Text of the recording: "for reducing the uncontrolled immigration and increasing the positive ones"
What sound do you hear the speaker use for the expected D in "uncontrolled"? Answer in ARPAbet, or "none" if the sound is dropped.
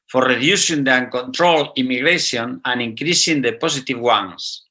none